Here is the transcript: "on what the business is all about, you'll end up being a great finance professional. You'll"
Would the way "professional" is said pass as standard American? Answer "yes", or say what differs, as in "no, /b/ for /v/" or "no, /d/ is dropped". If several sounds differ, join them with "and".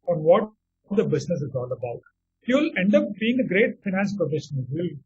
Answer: no, /n/ is dropped and /n/ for /l/